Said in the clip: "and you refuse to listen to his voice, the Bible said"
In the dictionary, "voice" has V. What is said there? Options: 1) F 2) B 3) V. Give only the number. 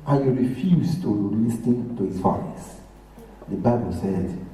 1